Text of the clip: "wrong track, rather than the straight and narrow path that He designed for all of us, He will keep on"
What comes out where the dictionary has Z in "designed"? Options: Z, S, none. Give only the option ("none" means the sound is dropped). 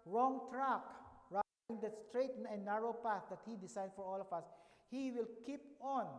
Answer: S